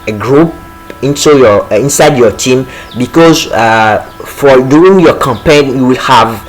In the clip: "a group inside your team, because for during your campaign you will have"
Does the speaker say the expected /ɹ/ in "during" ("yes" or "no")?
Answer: no